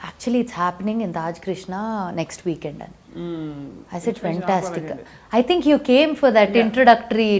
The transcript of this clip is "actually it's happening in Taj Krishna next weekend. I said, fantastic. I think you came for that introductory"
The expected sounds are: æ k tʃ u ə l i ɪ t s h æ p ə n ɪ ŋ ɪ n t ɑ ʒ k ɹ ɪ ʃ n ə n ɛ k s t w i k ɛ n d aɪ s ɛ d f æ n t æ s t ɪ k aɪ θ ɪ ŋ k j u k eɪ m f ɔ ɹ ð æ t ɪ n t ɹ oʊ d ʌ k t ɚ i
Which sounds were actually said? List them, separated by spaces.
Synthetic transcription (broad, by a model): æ k tʃ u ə l i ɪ t s h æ p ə n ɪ ŋ ɪ n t ɑ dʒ k ɹ ɪ ʃ n ə n ɛ k s t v i k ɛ n d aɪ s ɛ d f æ n t æ s t ɪ k aɪ t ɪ ŋ k j u k eɪ m f ɔ ɹ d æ t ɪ n t ɹ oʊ d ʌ k t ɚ i